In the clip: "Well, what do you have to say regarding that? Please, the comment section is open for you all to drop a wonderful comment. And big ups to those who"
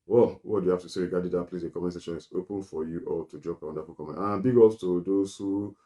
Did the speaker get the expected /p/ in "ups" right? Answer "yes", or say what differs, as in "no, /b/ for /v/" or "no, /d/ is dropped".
no, /p/ is dropped